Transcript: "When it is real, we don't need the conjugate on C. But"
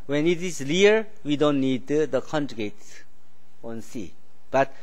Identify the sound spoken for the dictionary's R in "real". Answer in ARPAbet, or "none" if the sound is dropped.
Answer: L